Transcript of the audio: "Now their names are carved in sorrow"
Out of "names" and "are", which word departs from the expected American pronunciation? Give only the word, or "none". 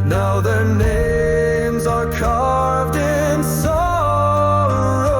none